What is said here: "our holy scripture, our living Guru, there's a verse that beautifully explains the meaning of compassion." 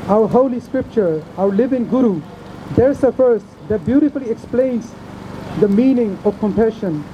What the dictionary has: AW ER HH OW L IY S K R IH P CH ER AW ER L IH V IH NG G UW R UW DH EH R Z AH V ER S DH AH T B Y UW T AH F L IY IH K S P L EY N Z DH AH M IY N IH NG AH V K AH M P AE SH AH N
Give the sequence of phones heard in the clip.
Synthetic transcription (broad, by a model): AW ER HH OW L IY S K R IH P CH ER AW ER L IH V IH NG G UW R UW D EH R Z AH F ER S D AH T B Y UW T AH F L IY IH K S P L EY N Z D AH M IY N IH NG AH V K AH M P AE SH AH N